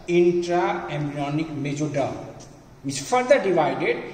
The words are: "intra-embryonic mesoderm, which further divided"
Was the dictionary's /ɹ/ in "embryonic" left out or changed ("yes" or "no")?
yes